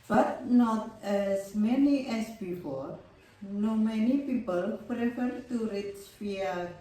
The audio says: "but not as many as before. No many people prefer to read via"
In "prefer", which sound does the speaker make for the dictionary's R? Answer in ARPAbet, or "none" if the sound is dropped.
R